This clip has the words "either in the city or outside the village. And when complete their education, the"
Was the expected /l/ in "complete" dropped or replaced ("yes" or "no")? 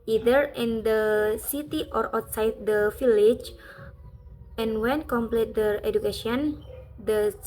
no